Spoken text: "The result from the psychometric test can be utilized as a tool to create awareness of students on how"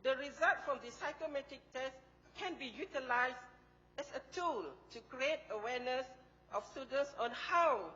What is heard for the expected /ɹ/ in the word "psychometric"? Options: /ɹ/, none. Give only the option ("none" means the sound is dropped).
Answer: none